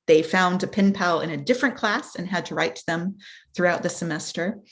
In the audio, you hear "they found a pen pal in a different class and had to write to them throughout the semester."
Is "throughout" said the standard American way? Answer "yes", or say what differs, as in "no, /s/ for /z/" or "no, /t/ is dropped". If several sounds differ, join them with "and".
yes